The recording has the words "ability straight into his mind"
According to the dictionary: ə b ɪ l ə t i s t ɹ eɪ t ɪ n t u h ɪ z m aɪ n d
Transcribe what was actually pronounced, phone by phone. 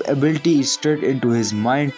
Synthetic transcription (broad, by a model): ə b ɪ l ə t i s t eɪ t ɪ n t u h ɪ z m aɪ n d